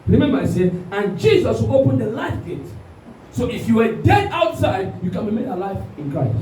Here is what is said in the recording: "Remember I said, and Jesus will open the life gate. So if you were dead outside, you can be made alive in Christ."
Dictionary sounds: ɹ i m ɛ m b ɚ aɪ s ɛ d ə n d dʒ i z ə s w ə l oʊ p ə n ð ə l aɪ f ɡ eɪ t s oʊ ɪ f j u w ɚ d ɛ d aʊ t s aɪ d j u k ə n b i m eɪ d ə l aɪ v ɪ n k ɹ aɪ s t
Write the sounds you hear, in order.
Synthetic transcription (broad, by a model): ɹ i m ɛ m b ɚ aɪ s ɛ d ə n dʒ i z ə s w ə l oʊ p ə n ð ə l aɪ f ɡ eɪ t s oʊ ɪ f j u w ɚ d ɛ d aʊ t s aɪ d j u k ə n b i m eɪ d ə l aɪ f ɪ n k ɹ aɪ s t